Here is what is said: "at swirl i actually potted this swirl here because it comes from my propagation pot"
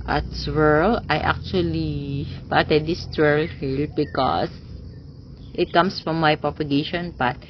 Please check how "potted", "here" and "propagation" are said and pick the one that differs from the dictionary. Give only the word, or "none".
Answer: here